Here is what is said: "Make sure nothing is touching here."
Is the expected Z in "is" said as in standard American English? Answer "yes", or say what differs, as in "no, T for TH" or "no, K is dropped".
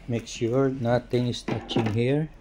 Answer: no, S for Z